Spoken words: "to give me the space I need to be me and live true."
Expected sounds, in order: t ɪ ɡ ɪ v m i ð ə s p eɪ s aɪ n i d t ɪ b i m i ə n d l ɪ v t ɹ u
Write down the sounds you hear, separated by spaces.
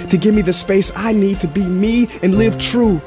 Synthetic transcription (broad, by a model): t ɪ ɡ ɪ v m i ð ə s p eɪ s aɪ n i d t ɪ b i m i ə n l ɪ v t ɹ u